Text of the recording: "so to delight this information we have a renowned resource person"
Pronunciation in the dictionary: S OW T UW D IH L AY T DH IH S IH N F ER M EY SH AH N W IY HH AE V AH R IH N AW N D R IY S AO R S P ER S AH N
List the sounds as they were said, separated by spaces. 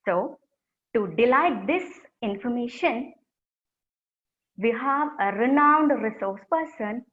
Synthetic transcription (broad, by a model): S OW T UW D IH L AY T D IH S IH N F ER M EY SH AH N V IY HH AE V AH R IH N AW N D R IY S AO R S P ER S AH N